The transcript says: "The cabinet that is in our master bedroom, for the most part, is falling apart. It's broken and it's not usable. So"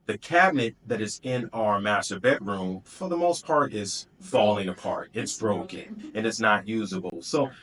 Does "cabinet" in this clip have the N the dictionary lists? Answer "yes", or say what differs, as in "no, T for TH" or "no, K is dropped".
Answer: yes